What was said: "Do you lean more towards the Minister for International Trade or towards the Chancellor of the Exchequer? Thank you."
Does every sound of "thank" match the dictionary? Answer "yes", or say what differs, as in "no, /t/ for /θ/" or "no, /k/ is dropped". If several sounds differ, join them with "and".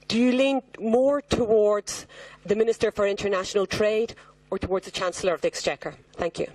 yes